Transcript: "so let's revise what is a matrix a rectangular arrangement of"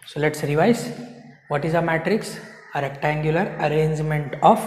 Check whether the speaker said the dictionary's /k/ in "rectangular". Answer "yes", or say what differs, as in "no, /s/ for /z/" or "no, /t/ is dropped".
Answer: yes